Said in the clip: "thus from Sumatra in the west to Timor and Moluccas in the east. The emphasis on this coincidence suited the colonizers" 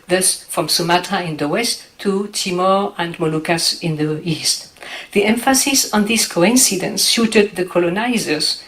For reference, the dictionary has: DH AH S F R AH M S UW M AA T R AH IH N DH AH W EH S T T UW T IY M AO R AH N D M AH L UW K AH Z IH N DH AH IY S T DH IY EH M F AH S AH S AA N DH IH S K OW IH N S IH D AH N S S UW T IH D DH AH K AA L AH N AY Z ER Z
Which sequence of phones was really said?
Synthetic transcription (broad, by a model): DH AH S F R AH M S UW M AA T AH IH N DH AH W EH S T T UW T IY M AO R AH N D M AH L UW K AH S IH N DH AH IY S T DH IY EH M F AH S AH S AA N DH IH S K OW IH N S IH D AH N S SH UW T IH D DH AH K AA L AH N AY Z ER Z